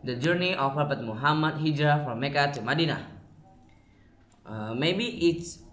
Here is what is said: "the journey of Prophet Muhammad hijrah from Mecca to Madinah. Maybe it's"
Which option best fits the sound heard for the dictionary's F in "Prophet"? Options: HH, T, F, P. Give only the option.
P